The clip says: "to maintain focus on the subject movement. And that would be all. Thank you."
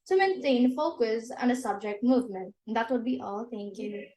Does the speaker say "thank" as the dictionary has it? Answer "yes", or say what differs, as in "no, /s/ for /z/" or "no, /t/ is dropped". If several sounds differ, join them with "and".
no, /t/ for /θ/